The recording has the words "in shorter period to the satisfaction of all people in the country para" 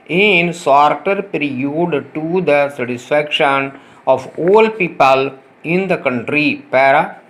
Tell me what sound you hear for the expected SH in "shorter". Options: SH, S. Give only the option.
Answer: S